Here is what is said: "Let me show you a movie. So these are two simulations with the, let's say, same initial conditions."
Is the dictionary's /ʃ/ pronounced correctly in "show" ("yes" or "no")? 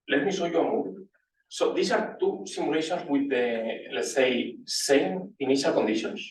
no